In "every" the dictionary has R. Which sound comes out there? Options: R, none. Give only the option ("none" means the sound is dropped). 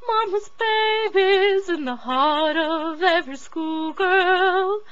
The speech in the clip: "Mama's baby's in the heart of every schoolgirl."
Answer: none